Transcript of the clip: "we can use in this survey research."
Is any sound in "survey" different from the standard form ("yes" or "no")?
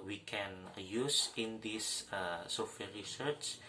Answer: yes